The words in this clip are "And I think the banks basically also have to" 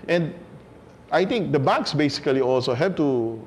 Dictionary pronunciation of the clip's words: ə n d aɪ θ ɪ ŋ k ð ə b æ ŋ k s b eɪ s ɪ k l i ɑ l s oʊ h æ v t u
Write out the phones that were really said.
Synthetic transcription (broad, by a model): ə n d aɪ t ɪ ŋ k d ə b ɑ k s b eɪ s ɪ k l i ɑ l s oʊ h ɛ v t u